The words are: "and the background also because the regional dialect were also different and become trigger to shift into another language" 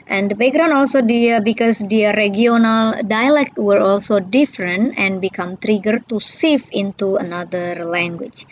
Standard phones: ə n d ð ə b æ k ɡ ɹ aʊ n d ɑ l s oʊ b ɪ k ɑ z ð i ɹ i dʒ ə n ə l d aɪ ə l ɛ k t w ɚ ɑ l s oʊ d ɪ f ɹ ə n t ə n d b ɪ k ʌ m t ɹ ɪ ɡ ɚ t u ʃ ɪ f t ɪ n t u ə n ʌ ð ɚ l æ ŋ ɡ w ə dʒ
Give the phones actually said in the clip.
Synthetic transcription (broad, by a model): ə n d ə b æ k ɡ ɹ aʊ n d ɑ l s oʊ b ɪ k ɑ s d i ɹ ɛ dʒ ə n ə l d aɪ ə l ɛ k t w ɚ ɑ l s oʊ d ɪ f ɹ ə n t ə n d b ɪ k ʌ m t ɹ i ɡ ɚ t u s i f ɪ n t u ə n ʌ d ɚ l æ ŋ ɡ w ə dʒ